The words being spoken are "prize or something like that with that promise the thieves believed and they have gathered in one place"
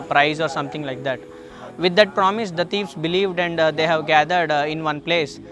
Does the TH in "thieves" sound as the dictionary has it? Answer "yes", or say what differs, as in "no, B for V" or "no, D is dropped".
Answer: no, T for TH